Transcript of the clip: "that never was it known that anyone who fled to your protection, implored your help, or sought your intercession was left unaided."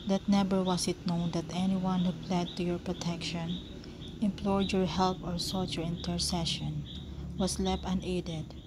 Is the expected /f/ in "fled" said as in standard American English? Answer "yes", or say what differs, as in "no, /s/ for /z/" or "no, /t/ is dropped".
no, /p/ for /f/